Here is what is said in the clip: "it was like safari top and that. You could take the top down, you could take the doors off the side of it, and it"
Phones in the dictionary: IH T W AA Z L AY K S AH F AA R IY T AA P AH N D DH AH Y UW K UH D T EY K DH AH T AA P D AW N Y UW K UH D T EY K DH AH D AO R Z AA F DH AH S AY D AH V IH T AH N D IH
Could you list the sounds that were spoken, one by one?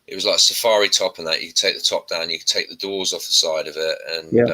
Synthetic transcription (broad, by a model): IH T W AA Z L AY K S AH F AA R IY T AA P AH N DH AH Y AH K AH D T EY K DH AH T AA P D AW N Y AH K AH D T EY K DH AH D AO Z AA F DH AH S AY D AH V IH T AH N